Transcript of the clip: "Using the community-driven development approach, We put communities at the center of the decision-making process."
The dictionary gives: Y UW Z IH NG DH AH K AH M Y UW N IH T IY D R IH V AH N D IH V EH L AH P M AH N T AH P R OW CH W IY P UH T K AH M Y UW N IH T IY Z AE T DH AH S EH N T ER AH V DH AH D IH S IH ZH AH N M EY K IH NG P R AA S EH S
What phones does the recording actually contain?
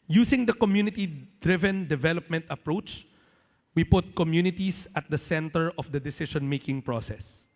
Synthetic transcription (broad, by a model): Y UW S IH NG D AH K AH M Y UW N IH T IY D R IH V AH N D IH V EH L AH P M AH N T AH P R OW CH W IY P UH T K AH M Y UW N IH T IY S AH T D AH S EH N T ER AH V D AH D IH S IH SH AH N M EY K IH NG P R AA S EH S